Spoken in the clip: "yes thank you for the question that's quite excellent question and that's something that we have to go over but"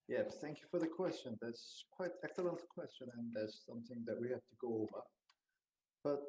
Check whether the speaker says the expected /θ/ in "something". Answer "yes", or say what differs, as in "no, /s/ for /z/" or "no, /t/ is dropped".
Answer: yes